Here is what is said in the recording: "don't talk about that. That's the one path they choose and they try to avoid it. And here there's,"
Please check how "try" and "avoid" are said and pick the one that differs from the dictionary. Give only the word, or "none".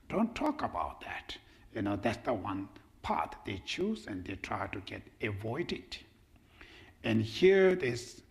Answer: none